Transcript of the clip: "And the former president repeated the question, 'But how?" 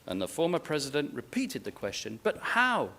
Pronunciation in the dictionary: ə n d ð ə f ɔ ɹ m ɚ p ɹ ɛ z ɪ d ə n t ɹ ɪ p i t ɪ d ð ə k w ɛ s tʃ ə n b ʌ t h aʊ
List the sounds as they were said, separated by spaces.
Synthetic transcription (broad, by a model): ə n ð ə f ɔ ɹ m ɚ p ɹ ɛ z ɪ d ə n t ɹ ɪ p i t ɪ d ð ə k w ɛ s tʃ ə n b ʌ t h aʊ